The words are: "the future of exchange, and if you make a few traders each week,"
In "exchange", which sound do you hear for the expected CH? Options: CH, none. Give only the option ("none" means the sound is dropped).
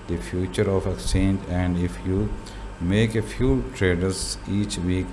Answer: none